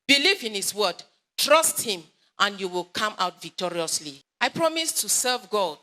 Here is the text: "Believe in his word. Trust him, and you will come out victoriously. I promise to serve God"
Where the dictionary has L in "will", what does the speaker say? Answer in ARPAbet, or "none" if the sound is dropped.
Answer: L